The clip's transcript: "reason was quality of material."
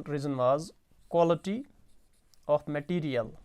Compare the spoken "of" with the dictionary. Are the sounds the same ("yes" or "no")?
no